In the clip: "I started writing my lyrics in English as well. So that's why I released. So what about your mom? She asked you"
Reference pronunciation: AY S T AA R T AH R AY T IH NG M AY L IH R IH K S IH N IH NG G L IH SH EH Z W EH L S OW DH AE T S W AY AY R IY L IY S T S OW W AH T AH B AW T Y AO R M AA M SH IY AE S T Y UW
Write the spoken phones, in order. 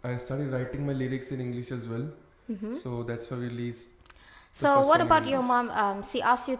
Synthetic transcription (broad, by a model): AY S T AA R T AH R AY T IH NG M AY L IH R IH K S IH N IH NG G L IH SH EH Z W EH L S OW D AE T S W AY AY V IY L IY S S OW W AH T AH B AW T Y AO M M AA M S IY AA S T Y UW